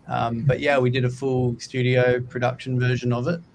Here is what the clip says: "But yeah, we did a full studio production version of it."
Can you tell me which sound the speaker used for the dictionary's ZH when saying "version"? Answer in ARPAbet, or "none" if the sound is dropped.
ZH